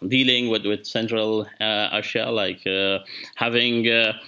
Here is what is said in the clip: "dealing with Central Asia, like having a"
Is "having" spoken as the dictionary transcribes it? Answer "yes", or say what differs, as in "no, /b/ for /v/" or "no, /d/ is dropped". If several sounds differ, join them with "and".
yes